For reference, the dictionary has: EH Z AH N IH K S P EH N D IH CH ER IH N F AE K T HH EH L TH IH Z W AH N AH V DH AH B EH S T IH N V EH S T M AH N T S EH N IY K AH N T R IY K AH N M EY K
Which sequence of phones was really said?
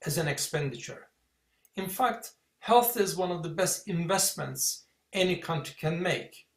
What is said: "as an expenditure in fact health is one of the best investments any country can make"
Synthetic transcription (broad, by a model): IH Z AH N IH K S P EH N D IH CH ER IH N F AE K T HH EH L TH IH Z W AH N AH V DH AH B EH S T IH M V EH S T M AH N T S EH N IY K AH N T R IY K AH N M EY K